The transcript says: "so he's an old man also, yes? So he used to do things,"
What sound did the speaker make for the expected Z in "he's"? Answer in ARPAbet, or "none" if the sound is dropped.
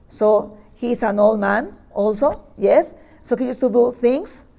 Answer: S